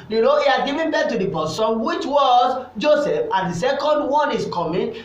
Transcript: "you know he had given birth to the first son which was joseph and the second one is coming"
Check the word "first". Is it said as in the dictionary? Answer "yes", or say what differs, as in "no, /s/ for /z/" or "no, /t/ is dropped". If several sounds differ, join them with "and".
no, /p/ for /f/